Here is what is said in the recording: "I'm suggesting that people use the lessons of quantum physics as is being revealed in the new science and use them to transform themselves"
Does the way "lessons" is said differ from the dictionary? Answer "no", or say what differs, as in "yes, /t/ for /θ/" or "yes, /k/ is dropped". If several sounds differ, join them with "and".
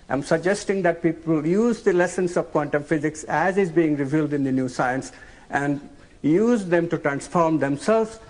yes, /s/ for /z/